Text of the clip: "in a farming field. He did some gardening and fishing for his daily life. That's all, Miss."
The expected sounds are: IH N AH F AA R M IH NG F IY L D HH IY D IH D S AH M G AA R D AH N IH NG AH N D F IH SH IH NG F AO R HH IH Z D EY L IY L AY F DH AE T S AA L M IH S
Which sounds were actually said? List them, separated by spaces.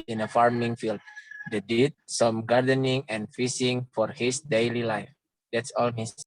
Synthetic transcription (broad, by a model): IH N AH F AA R M IH NG F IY L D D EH D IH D S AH M G AA R D AH N IH NG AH N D F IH S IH NG F AO R HH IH S D EY L IY L AY F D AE T S AA L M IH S